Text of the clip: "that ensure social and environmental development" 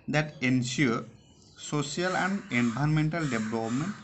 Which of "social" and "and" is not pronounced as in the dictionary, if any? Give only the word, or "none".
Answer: social